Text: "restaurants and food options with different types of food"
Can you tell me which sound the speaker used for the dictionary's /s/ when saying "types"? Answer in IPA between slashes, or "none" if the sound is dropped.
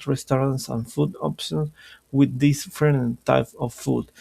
none